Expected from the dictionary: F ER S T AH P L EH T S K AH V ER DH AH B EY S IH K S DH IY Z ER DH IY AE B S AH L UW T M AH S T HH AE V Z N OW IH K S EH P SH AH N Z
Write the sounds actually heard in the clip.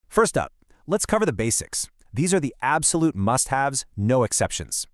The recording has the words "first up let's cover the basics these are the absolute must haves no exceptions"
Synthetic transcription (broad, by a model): F ER S T AH P L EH T S K AH V ER DH AH B EY S IH K S DH IY Z ER DH IY AE B S AH L UW T M AH S T HH AE V Z N OW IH K S EH P SH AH N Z